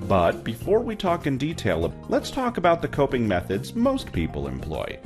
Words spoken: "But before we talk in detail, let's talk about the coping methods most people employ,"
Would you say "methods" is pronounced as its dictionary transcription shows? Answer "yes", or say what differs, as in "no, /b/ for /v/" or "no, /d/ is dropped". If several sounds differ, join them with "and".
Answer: yes